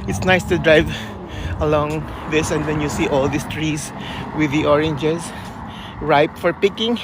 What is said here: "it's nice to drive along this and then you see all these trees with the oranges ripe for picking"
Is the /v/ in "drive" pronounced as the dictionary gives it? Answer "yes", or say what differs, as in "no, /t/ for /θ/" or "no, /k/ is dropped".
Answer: yes